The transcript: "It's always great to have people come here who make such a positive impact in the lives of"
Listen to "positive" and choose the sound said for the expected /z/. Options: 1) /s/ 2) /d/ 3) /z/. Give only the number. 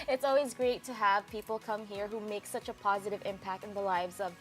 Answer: 3